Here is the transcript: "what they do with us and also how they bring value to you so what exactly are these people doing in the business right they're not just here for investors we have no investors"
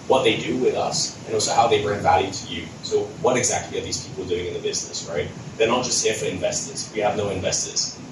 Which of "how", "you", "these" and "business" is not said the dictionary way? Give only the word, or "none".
none